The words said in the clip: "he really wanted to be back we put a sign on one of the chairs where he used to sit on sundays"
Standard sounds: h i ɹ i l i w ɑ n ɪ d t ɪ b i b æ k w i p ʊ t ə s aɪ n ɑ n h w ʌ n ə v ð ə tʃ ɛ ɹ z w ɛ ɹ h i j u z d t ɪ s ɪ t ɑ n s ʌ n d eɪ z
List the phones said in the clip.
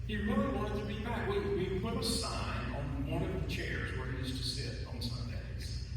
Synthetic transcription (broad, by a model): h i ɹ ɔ i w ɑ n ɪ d t ɪ b i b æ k w i p ʊ t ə s aɪ n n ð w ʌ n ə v ð ə tʃ ɛ ɹ z w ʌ ɹ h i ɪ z t ɪ s ɪ t n s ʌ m d eɪ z